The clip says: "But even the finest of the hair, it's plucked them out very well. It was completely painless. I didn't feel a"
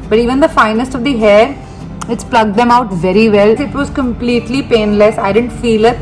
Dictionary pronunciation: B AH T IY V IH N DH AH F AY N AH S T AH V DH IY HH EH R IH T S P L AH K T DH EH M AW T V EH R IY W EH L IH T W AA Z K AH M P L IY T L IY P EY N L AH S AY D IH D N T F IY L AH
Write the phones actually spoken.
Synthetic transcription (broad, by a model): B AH T IY V IH N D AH F AY N AH S T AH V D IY HH EH R IH T S P L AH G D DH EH M AW T V EH R IY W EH L IH T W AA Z K AH M P L IY T L IY P EY N L AH S AY D IH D N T F IY L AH